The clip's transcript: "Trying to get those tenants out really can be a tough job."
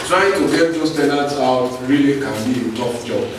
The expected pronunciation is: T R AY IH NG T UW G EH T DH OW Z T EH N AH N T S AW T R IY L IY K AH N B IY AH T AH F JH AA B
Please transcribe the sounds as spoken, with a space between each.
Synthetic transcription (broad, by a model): T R AY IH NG T UW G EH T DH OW S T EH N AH T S AW T R IY L IY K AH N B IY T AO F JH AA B